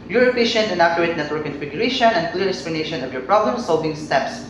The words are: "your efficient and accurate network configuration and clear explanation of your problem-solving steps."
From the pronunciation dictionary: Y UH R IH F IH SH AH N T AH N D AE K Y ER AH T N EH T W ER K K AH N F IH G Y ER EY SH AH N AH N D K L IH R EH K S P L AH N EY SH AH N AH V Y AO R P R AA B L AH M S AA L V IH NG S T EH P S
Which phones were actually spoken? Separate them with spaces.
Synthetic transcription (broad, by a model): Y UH R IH P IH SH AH N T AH N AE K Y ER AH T N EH T W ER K K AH N F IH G Y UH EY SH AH N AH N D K L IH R EH K S P L AH N EY SH AH N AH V Y AO R P R AA B L AH M S AA L V IH NG S T EH P S